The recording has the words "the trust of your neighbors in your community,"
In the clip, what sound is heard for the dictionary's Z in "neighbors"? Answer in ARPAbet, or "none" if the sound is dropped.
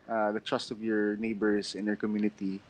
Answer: S